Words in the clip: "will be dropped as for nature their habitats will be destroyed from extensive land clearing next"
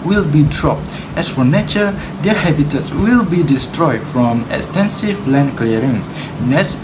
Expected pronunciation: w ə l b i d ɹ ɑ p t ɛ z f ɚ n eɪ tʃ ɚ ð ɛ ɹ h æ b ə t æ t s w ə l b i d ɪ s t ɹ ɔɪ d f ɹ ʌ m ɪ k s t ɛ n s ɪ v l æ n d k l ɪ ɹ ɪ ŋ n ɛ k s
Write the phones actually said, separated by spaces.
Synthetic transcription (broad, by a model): w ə l b i d ɹ ɑ p t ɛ s f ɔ n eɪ tʃ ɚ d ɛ h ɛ b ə t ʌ t s w ə l b i d ɪ s t ɹ ɔɪ d f ɹ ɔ m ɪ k s t ɛ n s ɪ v l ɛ n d k l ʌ ɹ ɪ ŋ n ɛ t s